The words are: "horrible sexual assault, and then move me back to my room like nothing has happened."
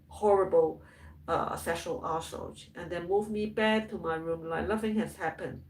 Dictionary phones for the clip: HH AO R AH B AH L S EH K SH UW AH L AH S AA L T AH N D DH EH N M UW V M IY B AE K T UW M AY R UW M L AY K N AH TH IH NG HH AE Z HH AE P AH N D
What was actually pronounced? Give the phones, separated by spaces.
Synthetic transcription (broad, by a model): HH AO R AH B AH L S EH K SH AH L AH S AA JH T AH N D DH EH N M UW V M IY B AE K T UW M AY R UW M L AY K L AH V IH NG HH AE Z HH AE P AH N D